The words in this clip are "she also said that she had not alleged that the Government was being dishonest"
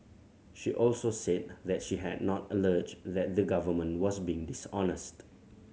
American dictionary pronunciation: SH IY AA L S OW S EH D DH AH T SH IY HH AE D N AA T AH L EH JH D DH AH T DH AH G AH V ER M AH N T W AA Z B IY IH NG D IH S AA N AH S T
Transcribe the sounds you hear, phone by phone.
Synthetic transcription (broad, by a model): SH IY AA L S OW S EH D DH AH T SH IY HH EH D N AA T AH L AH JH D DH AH T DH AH G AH V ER M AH N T W AA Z B IY IH NG D IH S AA N AH S T